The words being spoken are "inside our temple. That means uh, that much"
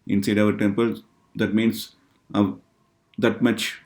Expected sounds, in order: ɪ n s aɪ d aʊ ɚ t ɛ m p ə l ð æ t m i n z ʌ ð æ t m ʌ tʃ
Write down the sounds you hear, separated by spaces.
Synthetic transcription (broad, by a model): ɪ n s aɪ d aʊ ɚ t ɛ m p ə l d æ t m i n s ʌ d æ t m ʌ tʃ